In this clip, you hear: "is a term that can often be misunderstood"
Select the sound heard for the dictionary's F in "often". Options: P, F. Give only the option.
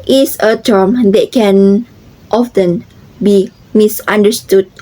F